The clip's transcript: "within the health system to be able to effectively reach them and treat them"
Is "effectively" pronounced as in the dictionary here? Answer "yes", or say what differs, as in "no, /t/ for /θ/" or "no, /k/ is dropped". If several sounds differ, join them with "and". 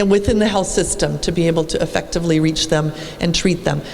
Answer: yes